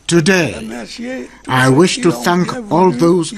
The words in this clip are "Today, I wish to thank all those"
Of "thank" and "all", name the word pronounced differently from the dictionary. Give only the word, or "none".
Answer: none